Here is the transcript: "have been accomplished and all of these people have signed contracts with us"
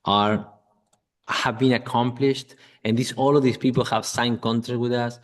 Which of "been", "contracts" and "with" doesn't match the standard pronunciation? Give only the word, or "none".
contracts